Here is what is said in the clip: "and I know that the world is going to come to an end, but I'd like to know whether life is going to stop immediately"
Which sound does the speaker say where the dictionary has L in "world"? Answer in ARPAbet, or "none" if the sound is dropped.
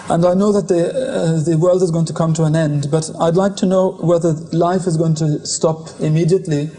L